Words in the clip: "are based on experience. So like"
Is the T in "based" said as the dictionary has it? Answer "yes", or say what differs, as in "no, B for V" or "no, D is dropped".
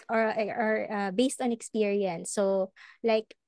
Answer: yes